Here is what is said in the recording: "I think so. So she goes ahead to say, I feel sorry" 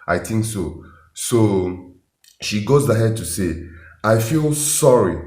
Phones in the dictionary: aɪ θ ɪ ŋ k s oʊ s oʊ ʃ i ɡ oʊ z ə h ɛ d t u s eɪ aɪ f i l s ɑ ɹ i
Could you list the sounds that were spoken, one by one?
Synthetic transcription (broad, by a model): aɪ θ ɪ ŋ k s oʊ s oʊ ʃ i ɡ oʊ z ə h ɛ d t u s eɪ aɪ f i l s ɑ ɹ i